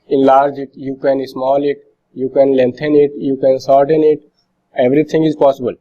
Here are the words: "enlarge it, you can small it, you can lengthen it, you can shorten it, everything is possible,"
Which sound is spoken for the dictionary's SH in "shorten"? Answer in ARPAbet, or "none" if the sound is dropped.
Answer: S